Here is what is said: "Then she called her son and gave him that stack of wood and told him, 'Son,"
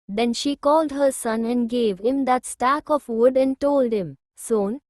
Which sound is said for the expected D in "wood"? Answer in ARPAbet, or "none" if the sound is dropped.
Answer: D